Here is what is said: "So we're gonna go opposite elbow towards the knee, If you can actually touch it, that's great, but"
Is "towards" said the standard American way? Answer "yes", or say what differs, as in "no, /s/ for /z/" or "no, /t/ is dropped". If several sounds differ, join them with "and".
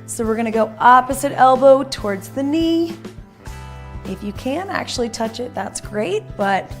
yes